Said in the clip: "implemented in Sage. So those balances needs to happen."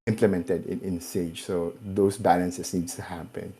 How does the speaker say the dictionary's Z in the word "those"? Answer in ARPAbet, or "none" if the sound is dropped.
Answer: S